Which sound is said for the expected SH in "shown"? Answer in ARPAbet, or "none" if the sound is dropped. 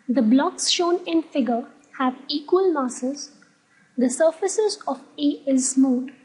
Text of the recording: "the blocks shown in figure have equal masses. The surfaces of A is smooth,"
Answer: SH